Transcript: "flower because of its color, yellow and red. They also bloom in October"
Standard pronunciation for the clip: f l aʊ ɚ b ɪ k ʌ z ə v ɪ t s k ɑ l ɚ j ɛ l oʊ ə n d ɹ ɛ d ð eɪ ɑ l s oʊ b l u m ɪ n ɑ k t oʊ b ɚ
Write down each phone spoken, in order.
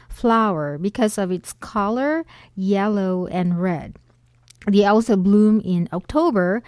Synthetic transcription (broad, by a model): f l aʊ ɚ b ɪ k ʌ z ə v ɪ t s k ɑ l ɚ j ɛ l oʊ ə n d ɹ ɛ d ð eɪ ɑ l s oʊ b l u m ɪ n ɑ k t oʊ b ɚ